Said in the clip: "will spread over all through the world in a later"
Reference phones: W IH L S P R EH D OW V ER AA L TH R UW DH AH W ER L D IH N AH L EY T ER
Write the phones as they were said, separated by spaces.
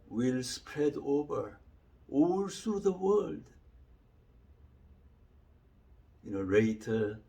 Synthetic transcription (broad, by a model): W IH L S P R EH D OW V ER AA L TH R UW DH AH W ER L D IH N AH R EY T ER